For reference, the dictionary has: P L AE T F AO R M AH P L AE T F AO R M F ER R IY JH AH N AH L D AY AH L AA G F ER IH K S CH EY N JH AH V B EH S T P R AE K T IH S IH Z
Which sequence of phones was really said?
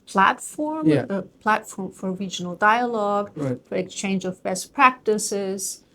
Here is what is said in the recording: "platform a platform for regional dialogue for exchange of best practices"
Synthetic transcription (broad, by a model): P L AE T F AO R M AH P L AE T F AO R M F ER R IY JH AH N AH L D AY AH L AA G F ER IH K S CH EY N JH AH V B EH S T P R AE K T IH S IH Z